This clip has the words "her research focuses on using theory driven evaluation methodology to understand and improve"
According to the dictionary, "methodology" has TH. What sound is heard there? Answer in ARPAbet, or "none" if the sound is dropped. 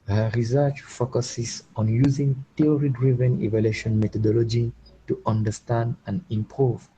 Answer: T